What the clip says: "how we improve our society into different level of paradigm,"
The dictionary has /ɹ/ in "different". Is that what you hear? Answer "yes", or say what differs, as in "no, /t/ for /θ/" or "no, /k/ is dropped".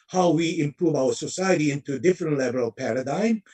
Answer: yes